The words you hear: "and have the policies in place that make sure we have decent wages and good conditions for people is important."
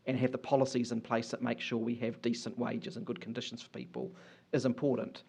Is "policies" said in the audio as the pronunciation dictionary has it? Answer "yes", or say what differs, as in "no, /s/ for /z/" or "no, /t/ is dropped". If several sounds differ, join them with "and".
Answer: yes